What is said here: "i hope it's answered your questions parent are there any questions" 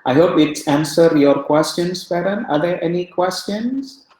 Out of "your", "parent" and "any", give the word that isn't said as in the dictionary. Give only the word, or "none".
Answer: parent